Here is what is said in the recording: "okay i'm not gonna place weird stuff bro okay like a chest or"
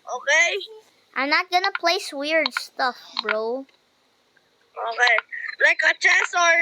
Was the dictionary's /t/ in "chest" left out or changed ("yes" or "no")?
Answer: yes